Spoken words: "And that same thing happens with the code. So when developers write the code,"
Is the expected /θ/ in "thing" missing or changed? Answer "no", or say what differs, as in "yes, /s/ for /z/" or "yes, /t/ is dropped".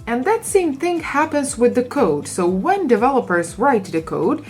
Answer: no